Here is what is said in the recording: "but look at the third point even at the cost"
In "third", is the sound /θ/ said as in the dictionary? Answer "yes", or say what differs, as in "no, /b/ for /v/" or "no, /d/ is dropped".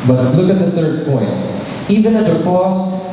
yes